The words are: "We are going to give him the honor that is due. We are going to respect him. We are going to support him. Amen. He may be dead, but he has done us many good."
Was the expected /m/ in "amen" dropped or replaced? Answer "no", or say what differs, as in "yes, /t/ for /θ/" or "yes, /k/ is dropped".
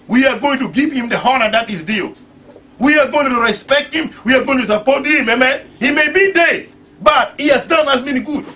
no